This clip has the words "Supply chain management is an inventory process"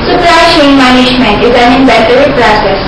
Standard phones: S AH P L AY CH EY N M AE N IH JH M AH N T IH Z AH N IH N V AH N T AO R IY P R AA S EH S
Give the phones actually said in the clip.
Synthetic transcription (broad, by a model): S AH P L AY SH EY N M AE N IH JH M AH N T IH Z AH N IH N B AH T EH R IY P R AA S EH S